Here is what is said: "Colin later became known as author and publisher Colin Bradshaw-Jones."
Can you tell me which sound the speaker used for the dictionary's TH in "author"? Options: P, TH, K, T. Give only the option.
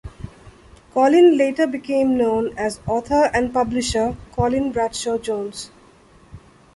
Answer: T